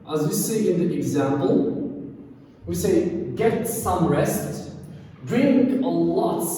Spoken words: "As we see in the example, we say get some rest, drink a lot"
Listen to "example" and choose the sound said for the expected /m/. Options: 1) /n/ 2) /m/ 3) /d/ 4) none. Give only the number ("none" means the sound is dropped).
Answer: 2